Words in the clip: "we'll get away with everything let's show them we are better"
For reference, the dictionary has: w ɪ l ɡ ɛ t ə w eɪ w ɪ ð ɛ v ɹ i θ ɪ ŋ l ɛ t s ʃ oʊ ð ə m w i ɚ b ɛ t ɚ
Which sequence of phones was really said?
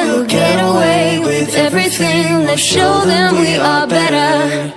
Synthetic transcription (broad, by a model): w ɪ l ɡ ɛ t ə w eɪ w ɪ ð ɛ v ɹ i θ ɪ ŋ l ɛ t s ʃ oʊ ð ə m w i ɚ b ɛ t ɚ